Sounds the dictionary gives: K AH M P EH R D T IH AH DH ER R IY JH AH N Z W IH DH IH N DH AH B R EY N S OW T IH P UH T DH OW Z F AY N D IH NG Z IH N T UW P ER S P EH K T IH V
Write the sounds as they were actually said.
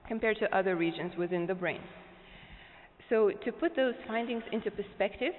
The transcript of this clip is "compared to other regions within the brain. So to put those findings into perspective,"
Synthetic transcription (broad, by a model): K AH M P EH R D T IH AH DH ER R IY JH AH N Z W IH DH IH N DH AH B R EY N S OW T IH P UH T DH OW Z F AY N D IH NG Z IH N T UW P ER S P EH K T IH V